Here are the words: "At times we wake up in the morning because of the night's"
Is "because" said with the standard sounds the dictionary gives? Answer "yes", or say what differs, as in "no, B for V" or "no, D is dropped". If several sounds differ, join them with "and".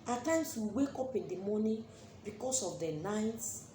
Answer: no, S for Z